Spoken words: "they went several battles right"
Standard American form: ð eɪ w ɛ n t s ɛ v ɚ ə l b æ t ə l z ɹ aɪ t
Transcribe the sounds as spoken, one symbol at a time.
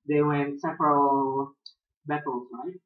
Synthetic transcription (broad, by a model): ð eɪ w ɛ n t s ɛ p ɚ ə l b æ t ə l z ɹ aɪ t